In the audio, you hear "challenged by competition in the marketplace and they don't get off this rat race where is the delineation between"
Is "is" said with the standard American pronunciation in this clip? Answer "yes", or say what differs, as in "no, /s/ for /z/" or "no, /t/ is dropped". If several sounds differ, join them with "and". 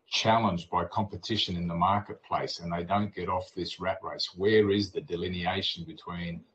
yes